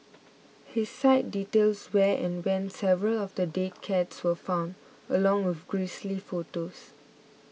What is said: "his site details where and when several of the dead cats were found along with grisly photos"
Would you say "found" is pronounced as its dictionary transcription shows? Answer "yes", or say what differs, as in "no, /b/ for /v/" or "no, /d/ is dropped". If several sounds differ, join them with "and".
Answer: yes